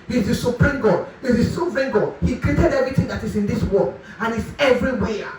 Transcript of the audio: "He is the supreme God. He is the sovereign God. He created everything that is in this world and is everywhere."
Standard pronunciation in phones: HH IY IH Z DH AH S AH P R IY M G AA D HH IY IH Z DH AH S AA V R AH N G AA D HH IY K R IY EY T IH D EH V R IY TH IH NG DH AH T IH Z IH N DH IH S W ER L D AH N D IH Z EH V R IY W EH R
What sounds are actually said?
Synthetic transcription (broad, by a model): HH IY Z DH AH S AH P R IY M G AA D HH IY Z DH AH S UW P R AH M G AA D HH IY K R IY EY T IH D EH V R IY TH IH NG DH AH T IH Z IH N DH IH S W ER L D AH N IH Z EH V R IY W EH